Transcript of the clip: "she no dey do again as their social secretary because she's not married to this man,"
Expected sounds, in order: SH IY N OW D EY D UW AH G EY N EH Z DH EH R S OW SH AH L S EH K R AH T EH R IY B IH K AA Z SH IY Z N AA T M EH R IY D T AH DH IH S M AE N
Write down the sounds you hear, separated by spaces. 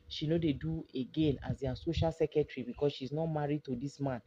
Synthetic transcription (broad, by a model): SH IY N OW D EY D UW AH G EY N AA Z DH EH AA S OW SH AH L S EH K AH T R IY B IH K AA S SH IY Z N AA T M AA R IY D T AH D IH S M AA N